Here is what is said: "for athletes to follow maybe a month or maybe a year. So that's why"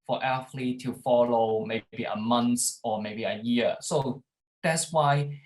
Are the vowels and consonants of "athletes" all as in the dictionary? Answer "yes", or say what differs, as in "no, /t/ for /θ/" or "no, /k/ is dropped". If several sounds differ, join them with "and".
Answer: no, /f/ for /θ/